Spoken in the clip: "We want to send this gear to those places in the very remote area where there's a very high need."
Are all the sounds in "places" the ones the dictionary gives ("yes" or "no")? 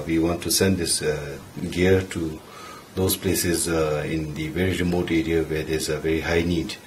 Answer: yes